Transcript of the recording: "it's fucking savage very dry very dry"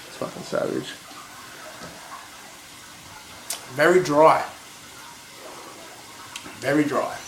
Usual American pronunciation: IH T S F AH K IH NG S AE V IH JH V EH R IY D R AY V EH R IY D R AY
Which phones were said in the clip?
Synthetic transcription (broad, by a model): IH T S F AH IH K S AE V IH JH V EH R IY D R AY V EH R IY D R AY